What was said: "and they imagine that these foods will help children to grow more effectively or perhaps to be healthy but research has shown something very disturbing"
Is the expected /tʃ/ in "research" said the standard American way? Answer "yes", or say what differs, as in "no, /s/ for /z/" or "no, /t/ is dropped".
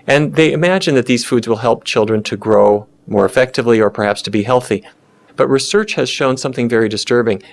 yes